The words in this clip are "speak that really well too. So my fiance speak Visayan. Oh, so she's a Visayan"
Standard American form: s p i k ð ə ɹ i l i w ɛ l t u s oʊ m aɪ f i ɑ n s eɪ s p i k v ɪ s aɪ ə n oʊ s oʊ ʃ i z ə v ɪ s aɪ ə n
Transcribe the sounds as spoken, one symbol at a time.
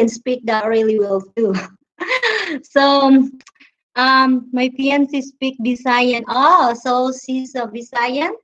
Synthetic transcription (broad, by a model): s p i k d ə ɹ i l i w ɛ l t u s oʊ m aɪ p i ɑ n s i s p i k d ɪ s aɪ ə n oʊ s oʊ s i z ə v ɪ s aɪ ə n